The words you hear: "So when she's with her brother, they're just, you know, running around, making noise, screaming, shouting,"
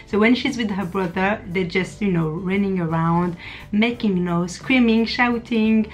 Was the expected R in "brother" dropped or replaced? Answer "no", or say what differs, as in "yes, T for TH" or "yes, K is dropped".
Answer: no